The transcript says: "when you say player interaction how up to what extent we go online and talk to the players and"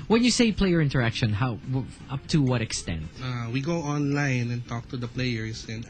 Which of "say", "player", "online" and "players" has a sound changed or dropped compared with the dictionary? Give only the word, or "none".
players